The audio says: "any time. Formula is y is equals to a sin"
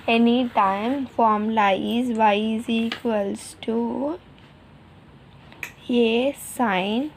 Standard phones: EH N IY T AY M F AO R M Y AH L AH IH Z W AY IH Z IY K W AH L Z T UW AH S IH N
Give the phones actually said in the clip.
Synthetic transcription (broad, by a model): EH N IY T AY M F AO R M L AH AH IH Z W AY IH Z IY K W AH L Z T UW AH S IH N